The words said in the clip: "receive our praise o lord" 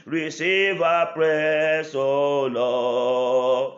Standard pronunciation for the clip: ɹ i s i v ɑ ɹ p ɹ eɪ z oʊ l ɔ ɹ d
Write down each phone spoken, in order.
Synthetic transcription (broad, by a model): ɹ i s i v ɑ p ɹ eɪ s oʊ l ɔ